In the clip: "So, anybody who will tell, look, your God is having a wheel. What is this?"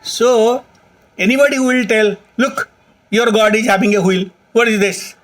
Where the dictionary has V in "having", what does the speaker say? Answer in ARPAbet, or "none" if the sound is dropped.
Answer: B